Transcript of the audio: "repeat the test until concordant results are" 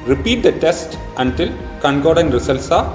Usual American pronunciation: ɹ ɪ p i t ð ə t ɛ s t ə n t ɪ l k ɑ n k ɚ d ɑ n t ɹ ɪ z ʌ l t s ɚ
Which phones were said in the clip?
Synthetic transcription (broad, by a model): ɹ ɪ p i t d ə t ɛ s t ə n t ɪ l k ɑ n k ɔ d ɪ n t ɹ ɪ s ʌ l s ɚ